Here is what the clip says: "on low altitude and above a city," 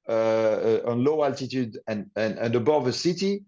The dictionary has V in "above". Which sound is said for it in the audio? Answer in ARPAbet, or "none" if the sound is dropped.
V